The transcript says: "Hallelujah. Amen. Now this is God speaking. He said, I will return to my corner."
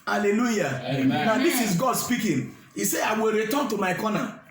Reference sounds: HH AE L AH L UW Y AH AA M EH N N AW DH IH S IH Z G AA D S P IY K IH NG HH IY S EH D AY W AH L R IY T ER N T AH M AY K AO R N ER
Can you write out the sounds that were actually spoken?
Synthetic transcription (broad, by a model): HH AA L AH L UW Y AA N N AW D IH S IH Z G AA D S P IY K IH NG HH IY S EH AY W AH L R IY T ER N T AH M AY K AO N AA